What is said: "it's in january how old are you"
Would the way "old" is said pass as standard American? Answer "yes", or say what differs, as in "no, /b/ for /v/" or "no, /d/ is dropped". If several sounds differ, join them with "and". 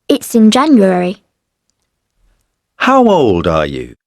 yes